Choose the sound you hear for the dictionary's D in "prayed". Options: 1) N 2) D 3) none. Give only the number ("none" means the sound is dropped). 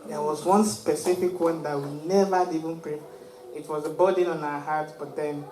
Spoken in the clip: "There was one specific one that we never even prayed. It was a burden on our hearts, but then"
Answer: 3